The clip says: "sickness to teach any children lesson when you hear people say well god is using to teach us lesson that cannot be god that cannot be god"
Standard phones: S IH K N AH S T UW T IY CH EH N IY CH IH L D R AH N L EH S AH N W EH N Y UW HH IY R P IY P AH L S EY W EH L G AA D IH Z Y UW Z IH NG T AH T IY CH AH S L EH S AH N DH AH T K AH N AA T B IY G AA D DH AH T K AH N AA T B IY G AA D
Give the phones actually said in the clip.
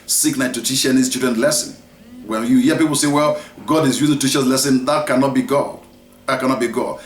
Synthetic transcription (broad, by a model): S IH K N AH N T UW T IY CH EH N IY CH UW D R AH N L EH S AH N W EH N Y UW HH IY P IY P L S EY W EH L G AA D IH Z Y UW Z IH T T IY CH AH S L EH S AH N DH AH T K AH N AA T B IY G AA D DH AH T K AH N AA T B IY G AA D